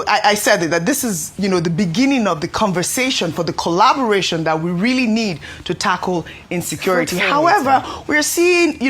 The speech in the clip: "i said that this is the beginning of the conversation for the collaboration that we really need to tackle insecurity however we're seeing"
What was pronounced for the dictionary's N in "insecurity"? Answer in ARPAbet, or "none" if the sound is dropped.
N